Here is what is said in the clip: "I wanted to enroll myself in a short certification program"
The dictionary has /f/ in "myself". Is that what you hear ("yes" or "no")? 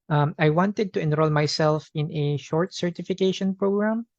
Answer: yes